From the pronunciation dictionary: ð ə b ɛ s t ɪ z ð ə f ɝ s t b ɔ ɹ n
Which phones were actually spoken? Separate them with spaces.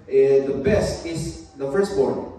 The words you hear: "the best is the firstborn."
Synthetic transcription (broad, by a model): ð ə b ɛ s t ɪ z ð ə f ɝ s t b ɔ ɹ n